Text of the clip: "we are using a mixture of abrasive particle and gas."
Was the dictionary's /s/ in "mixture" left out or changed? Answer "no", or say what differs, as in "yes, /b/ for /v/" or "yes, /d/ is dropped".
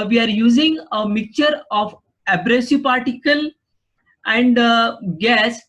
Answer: yes, /s/ is dropped